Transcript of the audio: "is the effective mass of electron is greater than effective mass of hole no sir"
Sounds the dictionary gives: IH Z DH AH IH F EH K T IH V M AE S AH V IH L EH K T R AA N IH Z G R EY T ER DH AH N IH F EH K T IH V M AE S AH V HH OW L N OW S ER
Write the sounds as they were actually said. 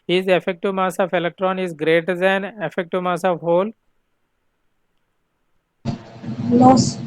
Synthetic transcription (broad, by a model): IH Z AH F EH K T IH M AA S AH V IH L EH K T R AA N IH Z G R EY T ER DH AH N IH F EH K T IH M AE S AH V HH OW L L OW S